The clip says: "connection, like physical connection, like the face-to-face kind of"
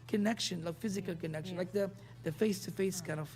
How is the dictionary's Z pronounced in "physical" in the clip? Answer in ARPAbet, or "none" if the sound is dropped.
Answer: Z